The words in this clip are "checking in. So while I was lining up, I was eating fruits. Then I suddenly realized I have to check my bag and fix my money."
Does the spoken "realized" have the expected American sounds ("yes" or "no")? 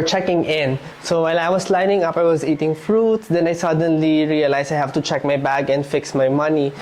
no